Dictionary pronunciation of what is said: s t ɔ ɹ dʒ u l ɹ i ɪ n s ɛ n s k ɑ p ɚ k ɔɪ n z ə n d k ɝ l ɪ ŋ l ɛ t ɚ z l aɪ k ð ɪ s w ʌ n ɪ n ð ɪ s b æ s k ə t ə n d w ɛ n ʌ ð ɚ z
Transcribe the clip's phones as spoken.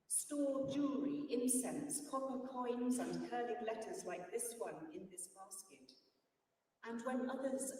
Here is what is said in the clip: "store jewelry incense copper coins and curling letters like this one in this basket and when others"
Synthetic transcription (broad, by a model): s t ɔ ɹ dʒ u ɹ i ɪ n s ɛ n s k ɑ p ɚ k ɔɪ n z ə n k ɝ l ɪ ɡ l ɛ t ɚ z l aɪ k ð ɪ s w ʌ n ɪ n ð ɪ s b æ s k ə t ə n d w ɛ n ʌ ð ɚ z